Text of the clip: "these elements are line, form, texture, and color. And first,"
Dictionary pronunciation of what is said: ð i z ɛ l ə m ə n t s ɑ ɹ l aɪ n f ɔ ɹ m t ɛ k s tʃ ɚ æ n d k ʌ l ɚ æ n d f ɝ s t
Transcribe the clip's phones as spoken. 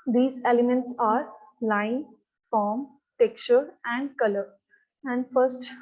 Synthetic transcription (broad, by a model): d i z ɛ l ə m ə n t s ɑ ɹ l aɪ n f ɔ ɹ m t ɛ k tʃ ɚ æ n d k ʌ l ɚ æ n d f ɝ s t